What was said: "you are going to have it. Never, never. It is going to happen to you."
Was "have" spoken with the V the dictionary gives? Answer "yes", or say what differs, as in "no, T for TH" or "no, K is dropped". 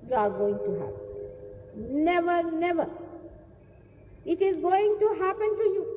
no, P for V